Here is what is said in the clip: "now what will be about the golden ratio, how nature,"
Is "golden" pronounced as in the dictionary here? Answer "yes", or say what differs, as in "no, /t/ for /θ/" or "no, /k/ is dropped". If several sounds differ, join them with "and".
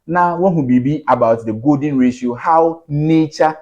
no, /l/ is dropped